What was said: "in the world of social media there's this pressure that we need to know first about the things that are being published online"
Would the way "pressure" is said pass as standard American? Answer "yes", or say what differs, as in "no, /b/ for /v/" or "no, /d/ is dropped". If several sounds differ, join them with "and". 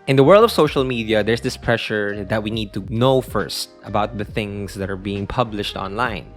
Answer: yes